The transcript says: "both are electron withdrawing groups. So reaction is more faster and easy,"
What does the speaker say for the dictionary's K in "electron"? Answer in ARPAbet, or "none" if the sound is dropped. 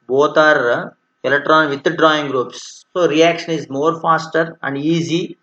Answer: none